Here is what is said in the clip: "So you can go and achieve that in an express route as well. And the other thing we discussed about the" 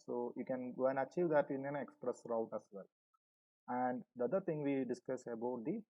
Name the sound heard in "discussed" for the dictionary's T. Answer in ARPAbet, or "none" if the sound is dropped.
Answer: none